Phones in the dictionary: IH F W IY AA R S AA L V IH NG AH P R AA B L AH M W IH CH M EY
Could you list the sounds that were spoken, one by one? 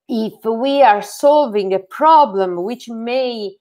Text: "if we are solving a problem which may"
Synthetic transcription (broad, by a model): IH F W IY AA R S AA L V IH NG AH P R AA B L AH M W IH CH M EY